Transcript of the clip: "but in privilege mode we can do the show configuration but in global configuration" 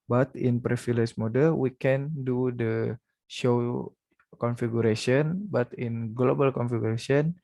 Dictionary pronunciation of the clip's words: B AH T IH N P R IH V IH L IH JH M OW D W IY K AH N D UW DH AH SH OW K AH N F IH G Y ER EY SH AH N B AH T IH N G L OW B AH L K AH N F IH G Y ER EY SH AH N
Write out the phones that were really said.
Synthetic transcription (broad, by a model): B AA T IH N P R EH F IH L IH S M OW D W IY K AH N D UW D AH SH OW K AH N F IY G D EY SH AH N B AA T IH N G L OW B AH L K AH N F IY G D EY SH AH N